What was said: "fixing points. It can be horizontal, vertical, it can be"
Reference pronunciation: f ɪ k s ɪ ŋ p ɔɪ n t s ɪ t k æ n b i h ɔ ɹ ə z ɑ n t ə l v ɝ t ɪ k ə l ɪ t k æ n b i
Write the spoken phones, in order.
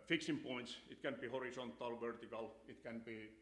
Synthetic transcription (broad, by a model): f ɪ k s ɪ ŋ p ɔɪ n t s ɪ t k æ n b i h ɔ ɹ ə s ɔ n t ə l v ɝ t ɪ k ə l ɪ t k æ n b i